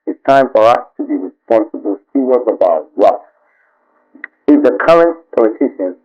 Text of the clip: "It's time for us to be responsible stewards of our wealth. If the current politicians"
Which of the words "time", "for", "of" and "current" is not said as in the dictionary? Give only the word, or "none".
of